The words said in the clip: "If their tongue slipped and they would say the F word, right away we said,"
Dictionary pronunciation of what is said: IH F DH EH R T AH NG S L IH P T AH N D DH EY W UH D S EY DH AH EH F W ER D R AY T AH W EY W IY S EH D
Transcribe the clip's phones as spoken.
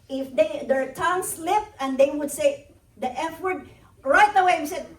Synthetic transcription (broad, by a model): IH F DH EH R T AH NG S L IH F T AH N D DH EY W UH D S EY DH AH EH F W ER D R AY T AH W EY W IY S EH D